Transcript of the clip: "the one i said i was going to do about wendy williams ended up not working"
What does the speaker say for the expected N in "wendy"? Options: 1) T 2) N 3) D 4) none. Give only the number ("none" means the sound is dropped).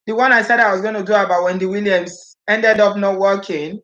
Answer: 2